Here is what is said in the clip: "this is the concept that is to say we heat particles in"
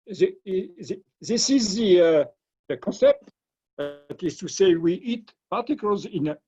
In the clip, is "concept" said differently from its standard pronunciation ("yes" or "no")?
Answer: no